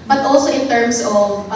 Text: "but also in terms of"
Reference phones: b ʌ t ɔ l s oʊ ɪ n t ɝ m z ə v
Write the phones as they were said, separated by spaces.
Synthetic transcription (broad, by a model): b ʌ t ɔ l s oʊ ɪ n t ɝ m s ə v